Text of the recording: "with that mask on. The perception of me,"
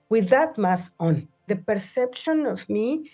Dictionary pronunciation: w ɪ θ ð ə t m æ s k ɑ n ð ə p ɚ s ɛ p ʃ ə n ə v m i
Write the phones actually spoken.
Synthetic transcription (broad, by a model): w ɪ ð ə t m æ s ɑ n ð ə p ɚ s ɛ p ʃ ə n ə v m i